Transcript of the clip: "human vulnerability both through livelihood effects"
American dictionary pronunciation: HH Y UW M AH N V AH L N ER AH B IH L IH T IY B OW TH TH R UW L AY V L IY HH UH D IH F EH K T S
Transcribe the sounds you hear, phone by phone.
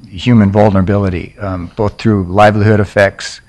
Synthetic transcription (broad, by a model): HH Y UW M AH N V AH L N ER AH B IH L IH T IY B OW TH TH R UW L AY V L IY HH UH D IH F EH K T S